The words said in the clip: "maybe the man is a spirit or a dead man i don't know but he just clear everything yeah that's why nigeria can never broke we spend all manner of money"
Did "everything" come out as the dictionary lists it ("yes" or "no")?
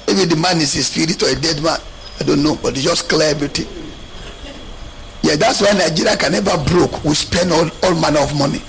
no